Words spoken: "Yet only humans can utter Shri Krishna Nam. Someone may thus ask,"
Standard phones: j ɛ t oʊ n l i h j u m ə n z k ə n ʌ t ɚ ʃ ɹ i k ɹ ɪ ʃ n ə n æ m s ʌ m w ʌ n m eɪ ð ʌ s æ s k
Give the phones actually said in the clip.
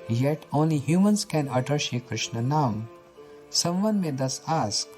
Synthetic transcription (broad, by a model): j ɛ t oʊ n l i h j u m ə n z k ə n ʌ t ɚ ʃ i k ɹ ɪ ʃ n ə n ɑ m s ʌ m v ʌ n m eɪ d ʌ s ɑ s k